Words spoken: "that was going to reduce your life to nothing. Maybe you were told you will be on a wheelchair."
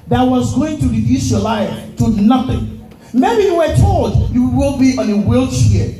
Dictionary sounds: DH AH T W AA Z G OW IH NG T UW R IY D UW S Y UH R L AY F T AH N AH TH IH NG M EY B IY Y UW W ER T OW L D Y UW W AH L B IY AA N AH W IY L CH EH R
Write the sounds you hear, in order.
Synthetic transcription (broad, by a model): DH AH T W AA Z G OW IH NG T UW R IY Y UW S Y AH L AY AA T AH N AH TH IH NG M EY B IY Y UW W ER T OW L D Y UW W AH W B IY AA N AH W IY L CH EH